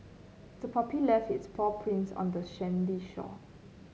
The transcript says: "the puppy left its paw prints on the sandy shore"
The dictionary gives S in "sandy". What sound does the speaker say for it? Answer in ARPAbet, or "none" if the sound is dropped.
SH